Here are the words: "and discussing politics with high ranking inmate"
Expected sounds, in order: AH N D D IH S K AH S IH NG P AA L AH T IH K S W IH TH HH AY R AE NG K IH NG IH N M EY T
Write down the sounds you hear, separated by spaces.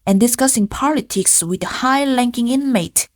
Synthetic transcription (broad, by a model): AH N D D IH S K AH S IH NG P AA L AH T IH K S W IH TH HH AY L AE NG K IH NG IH N M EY T